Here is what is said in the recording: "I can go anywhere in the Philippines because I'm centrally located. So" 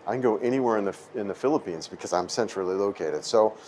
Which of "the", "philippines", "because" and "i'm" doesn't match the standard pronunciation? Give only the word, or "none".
none